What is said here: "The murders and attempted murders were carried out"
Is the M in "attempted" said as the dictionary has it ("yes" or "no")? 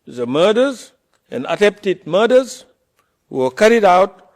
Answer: no